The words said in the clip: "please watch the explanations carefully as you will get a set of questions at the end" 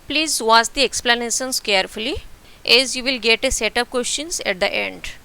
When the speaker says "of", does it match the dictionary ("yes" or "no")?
no